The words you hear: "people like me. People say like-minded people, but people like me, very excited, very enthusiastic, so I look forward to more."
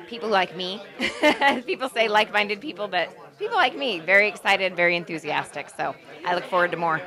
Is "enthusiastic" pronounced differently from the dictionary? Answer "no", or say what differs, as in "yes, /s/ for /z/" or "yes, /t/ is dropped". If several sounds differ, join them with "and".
no